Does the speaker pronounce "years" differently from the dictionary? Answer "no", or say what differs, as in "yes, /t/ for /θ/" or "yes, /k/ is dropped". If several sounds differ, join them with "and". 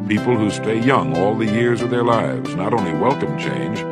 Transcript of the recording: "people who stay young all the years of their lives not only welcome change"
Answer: no